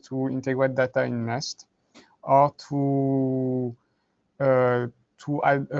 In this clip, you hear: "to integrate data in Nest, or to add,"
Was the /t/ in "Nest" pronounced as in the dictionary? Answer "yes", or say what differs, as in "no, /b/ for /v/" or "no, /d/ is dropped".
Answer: yes